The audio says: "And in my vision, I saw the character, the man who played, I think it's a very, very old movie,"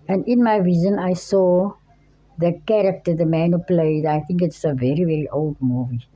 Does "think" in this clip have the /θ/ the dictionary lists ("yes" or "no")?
no